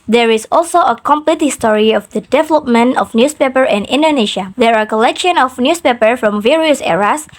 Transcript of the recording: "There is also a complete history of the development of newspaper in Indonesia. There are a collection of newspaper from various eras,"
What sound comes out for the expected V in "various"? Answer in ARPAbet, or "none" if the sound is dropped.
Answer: V